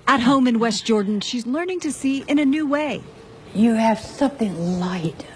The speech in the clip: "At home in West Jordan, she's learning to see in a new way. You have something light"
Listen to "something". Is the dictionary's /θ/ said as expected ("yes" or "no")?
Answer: yes